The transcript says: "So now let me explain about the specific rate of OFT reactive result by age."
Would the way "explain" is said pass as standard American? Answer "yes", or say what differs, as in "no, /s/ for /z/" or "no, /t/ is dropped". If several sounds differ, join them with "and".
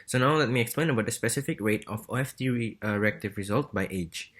yes